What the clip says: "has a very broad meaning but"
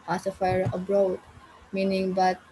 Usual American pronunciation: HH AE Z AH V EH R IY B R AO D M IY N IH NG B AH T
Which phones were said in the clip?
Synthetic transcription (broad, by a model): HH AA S AH F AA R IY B R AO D M IY N IH NG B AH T